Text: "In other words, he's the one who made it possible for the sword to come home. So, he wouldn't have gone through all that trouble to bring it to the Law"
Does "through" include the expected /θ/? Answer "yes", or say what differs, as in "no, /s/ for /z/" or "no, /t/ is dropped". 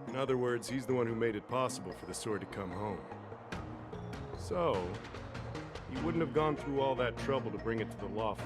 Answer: yes